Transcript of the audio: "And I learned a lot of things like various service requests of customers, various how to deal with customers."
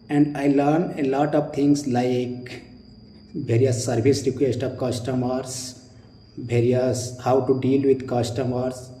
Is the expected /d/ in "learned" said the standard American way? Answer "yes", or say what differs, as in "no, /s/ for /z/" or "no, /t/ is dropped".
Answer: no, /d/ is dropped